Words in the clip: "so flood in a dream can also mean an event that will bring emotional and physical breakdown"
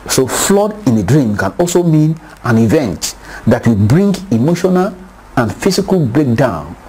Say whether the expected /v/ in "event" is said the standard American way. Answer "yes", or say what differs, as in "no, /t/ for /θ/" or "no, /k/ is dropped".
yes